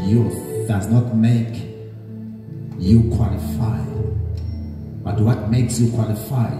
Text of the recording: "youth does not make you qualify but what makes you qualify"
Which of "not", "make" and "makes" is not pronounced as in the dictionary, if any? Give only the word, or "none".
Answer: none